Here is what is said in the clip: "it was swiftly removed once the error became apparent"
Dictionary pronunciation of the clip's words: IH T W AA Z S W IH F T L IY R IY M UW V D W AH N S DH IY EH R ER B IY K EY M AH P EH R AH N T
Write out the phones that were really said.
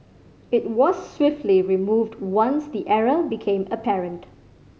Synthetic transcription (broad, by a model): IH T W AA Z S W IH F T L IY R IY M UW V D W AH N S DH IY EH R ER B IY K EY M AH P EH R AH N T